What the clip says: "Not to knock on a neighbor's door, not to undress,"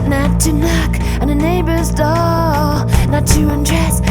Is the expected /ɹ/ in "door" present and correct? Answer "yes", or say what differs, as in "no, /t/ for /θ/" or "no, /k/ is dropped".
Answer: no, /l/ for /ɹ/